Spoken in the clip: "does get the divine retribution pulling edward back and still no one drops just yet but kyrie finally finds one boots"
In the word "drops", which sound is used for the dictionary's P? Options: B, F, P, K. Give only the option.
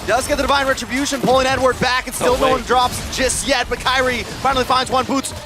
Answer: P